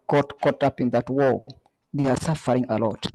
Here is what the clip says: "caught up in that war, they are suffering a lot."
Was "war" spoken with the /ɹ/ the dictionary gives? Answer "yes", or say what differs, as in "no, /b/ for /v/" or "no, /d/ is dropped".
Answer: no, /l/ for /ɹ/